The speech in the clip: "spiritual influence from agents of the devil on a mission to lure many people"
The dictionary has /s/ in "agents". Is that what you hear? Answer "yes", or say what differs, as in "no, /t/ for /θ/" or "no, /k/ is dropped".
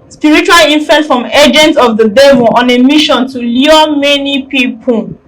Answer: no, /s/ is dropped